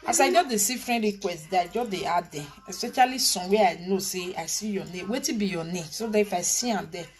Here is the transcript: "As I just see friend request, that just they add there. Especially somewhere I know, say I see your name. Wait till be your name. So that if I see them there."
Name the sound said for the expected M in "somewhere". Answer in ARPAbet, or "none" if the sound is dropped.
none